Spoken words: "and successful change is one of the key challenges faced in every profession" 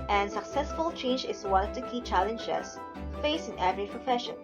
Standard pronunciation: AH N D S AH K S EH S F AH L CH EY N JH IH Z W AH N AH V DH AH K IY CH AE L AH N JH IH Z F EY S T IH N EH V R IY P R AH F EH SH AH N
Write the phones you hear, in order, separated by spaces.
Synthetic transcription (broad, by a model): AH N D S AH K S EH S F AH L CH EY N JH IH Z W AH N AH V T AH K IY CH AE L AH N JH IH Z F EY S IH N EH V R IY P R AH F EH SH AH N